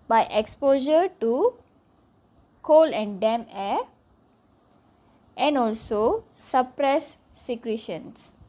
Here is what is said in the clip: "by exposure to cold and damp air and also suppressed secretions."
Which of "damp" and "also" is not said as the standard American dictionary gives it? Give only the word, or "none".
damp